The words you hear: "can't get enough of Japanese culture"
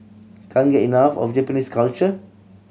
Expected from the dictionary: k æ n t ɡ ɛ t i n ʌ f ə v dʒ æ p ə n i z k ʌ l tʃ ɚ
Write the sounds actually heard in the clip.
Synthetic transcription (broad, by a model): k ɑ n ɡ ɛ t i n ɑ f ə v dʒ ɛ p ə n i s k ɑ l tʃ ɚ